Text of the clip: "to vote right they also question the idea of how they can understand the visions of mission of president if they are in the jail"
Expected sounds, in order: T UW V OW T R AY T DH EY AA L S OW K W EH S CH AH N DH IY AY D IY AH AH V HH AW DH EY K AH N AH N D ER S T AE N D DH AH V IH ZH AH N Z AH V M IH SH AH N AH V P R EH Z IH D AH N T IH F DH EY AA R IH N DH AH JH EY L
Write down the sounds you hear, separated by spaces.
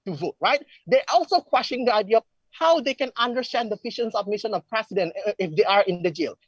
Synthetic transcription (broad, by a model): T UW V OW T R AY T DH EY AA L S OW K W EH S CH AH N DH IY AY D IY AH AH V HH AW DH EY K AH N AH N D ER S T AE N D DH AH P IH SH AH N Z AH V M IH SH AH N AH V P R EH S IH D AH N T IH F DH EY AA R IH N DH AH JH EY L